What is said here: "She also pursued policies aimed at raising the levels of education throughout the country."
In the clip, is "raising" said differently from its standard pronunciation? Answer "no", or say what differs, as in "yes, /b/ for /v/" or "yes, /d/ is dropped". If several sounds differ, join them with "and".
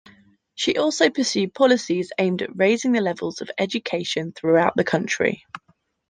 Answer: no